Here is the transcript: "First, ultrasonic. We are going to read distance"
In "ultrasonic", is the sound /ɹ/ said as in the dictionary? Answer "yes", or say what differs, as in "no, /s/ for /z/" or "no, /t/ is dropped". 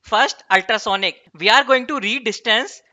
yes